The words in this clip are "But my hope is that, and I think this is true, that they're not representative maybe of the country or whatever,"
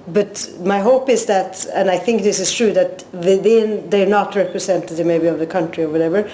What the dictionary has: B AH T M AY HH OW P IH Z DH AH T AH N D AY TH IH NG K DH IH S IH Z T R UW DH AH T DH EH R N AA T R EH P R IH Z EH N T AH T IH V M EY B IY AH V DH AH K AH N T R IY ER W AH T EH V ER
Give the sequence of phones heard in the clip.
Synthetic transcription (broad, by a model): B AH T M AY HH OW P IH Z DH AH T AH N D AY TH IH NG K DH IH S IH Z T R UW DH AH T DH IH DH N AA T R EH P R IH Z EH N T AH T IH V M EY B IY AH V DH AH K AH N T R IY ER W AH T EH V ER